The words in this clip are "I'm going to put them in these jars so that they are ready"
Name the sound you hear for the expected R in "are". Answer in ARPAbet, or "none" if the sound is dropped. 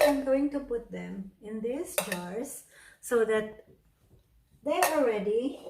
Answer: L